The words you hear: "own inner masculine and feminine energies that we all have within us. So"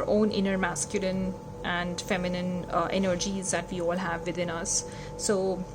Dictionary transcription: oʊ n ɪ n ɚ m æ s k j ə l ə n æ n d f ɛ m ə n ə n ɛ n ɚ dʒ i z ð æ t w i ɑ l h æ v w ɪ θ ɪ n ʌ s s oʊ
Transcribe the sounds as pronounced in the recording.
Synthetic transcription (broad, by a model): oʊ n ɪ n ɚ m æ s k j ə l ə n æ n d f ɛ m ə n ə n ɛ n ɚ dʒ i z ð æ t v i ɑ l h æ v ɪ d ɪ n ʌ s s oʊ